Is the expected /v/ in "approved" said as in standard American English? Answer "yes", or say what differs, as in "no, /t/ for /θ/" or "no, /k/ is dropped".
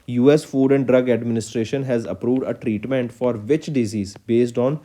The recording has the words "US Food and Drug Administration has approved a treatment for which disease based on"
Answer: yes